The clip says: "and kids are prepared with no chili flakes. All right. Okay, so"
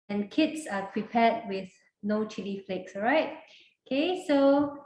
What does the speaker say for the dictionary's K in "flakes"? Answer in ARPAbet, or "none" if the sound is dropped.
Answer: K